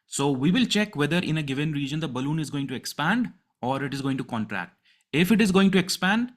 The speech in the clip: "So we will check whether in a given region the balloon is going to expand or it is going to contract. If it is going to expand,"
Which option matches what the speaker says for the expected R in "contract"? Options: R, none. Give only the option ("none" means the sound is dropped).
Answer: R